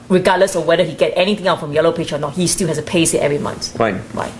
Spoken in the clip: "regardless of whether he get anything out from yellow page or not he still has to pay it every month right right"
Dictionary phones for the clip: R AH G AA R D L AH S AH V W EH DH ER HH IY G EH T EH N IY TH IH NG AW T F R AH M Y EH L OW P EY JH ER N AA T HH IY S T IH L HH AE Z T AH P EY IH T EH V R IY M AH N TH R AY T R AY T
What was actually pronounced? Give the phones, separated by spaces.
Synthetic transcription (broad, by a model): R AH G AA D L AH S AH W EH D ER HH IY G EH T EH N IY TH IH NG AW T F R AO M Y EH L OW P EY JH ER N AA T HH IY S T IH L HH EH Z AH P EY IH T EH V R IY M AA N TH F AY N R AY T